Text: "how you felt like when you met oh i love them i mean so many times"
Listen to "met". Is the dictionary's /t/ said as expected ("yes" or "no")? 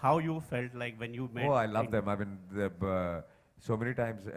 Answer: no